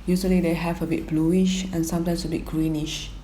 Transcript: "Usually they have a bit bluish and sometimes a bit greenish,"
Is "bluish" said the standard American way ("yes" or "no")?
yes